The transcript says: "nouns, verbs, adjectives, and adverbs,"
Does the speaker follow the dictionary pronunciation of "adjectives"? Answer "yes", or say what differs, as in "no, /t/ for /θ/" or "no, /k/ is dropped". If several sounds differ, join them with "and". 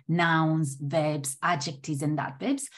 no, /v/ is dropped